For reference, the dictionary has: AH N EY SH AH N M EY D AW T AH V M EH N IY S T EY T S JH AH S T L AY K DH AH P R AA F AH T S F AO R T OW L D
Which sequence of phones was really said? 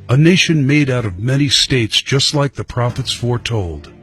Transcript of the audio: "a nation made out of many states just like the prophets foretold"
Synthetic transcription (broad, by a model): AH N EY SH AH N M EY D AW T AH V M EH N IY S T EY T S JH AH S T L AY K DH AH P R AA F AH T S F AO R T OW L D